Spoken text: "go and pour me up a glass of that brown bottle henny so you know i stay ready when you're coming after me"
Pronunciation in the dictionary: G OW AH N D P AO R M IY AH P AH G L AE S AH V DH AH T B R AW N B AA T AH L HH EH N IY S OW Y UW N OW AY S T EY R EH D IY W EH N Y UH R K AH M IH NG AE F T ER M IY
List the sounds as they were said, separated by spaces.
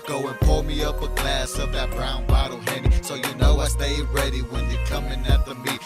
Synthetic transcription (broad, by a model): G OW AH N P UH L M IY AH P AH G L AE S AH V DH AH T B R AW N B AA T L HH EH N IY S OW Y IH N OW AY S T EY R EH D IY W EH N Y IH K AH M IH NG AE T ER M IY